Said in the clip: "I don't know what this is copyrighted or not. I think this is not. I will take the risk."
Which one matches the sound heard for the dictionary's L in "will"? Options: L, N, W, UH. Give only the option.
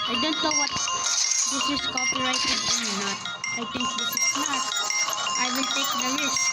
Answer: N